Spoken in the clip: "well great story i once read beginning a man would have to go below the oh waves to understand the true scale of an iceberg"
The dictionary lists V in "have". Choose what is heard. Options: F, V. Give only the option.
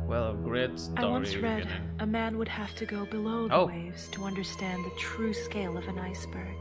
F